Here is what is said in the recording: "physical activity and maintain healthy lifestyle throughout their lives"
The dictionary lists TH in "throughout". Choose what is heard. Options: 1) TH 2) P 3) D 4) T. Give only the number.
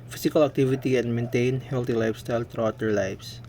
4